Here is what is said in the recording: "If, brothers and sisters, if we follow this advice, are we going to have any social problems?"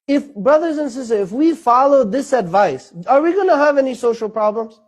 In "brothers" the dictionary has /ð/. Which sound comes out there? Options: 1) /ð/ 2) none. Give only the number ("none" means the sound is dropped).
1